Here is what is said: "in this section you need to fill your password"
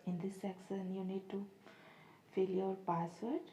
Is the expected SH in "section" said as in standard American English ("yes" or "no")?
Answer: no